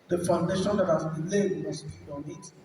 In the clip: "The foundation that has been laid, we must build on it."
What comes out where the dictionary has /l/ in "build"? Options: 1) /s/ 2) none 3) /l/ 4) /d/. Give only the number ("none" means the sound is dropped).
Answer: 2